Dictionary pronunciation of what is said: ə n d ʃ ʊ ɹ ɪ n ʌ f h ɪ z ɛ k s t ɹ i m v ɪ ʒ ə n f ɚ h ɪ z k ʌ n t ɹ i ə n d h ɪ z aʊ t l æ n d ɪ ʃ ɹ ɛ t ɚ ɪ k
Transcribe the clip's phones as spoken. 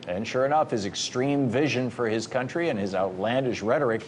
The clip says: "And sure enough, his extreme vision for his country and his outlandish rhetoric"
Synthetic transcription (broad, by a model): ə n ʃ ʊ ɹ ɪ n ʌ f h ɪ z ɛ k s t ɹ i m v ɪ ʒ ə n f ɚ ɪ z k ʌ n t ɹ i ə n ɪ z aʊ t l æ n d ɪ ʃ ɹ ɛ t ɚ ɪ k